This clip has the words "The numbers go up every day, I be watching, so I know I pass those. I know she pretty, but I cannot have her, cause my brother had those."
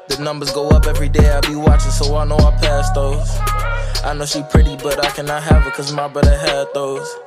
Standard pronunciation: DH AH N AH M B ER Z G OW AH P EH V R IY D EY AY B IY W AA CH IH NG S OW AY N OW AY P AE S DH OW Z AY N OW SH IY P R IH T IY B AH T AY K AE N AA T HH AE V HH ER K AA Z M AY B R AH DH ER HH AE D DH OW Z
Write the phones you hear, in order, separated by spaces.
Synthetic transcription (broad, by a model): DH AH N AH M B ER Z G OW AH P EH V R IY D EY AY B IY W AA CH IH NG S OW AY N OW AY P AE S DH OW Z AY N OW SH IY P R IH T IY B AH T AY K AE N AA T HH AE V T K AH Z M AY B AH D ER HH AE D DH OW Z